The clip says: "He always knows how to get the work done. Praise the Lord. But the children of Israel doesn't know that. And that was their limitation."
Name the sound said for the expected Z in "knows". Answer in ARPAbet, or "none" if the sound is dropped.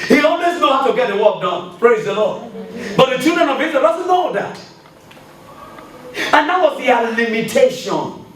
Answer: none